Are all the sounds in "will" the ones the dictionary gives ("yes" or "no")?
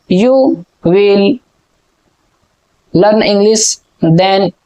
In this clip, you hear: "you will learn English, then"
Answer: yes